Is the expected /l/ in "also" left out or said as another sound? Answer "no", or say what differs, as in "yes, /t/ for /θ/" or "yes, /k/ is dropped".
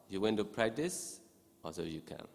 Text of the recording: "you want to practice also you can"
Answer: yes, /l/ is dropped